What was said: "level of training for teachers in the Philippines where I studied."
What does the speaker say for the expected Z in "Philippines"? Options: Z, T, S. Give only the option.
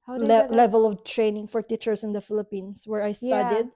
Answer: S